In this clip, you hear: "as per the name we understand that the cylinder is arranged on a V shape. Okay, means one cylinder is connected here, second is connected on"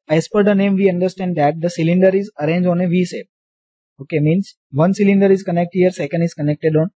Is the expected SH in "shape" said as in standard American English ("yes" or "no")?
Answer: no